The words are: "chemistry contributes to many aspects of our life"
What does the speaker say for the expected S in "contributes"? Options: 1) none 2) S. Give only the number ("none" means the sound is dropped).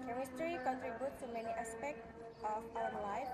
1